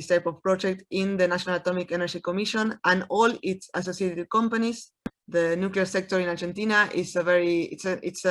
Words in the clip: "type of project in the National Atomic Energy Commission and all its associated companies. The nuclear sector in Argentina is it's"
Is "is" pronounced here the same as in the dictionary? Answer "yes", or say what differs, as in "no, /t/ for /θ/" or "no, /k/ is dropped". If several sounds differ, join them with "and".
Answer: no, /s/ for /z/